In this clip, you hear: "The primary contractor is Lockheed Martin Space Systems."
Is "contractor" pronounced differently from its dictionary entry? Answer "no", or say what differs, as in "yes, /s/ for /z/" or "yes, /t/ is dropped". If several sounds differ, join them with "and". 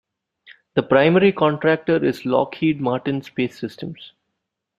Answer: no